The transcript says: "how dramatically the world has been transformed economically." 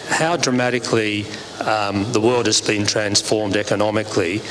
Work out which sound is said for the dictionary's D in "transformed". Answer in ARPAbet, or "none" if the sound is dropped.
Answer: D